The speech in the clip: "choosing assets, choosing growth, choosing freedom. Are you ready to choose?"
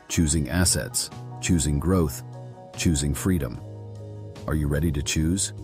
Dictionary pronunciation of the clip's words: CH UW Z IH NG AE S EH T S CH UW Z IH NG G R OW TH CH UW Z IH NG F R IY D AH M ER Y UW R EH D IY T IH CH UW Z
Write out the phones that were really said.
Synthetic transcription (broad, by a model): CH UW Z IH NG AE S EH T S CH UW Z IH NG G R OW TH CH UW Z IH NG F R IY D AH M ER Y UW R EH D IY T IH CH UW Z